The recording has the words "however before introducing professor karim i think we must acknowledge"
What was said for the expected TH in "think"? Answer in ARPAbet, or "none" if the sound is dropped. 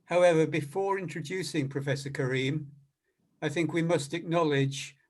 TH